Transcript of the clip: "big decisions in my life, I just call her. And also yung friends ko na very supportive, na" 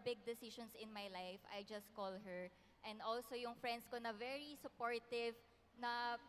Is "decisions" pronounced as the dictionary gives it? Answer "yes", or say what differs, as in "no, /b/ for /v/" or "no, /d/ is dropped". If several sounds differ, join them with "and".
no, /ʃ/ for /ʒ/ and /s/ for /z/